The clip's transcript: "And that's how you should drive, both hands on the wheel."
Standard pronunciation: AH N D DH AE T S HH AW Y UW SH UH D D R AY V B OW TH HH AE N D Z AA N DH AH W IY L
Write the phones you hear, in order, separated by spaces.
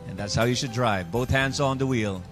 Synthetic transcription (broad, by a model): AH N DH AE T S HH AW Y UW SH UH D D R AY V B OW TH HH AE N D Z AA N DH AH W IY L